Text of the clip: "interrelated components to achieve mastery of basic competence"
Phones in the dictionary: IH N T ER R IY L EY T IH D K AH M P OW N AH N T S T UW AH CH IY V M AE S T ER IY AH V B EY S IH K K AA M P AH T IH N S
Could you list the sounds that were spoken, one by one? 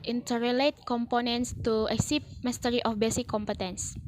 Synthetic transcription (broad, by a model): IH N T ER R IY L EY T K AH M P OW N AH N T S T UW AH S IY P M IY S T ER IY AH F B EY S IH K K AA M P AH T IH N S